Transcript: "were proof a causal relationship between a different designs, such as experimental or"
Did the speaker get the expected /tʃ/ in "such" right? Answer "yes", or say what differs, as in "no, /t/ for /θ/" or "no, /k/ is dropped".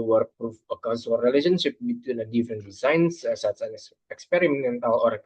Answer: no, /s/ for /tʃ/